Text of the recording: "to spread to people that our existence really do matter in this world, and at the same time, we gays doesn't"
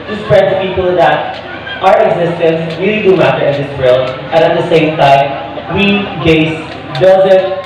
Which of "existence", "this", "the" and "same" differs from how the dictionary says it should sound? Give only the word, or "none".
none